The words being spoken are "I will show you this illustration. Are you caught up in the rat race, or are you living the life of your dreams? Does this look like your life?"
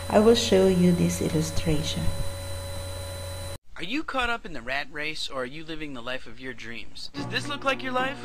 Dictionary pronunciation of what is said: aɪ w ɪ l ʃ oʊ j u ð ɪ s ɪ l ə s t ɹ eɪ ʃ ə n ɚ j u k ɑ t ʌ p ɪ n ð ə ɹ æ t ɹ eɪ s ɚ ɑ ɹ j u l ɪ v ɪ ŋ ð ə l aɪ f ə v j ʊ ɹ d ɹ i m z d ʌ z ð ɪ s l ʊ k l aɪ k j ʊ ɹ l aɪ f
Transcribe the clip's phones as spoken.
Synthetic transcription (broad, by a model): aɪ w ɪ l ʃ oʊ j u ð ɪ s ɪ l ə s t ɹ eɪ ʃ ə n ɚ j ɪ k ɑ t ʌ p ɪ n ð ə ɹ æ t ɹ eɪ s ɚ ɹ j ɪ l ɪ v ɪ ŋ ð ə l aɪ f ə v j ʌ ɹ d ɹ i m z d ʌ z ð ɪ s l ʊ k l aɪ k j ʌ ɹ l aɪ f